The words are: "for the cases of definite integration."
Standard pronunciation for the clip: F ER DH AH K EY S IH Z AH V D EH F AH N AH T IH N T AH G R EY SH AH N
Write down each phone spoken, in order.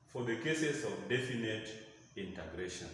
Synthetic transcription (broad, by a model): F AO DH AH K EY S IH S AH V D EH F AH N AH T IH N T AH G R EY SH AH N